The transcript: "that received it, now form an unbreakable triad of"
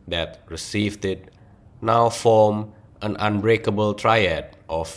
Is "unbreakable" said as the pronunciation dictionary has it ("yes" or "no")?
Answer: yes